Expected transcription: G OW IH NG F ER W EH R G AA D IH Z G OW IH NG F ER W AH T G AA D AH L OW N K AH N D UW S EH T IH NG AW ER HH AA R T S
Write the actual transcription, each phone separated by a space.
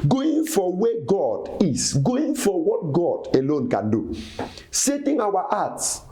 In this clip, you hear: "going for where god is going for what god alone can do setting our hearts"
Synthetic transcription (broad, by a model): G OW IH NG F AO W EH G AA D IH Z G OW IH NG F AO W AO T G AA D AH L OW N K AH N D UW S EH T IH NG AW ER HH AA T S